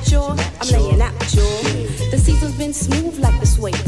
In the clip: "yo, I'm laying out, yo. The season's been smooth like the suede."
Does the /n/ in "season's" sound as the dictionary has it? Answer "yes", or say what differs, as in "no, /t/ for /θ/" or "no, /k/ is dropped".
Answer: no, /n/ is dropped